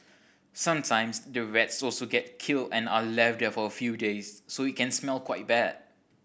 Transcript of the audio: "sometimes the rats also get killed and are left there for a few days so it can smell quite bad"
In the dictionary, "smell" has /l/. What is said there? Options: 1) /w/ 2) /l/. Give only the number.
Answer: 2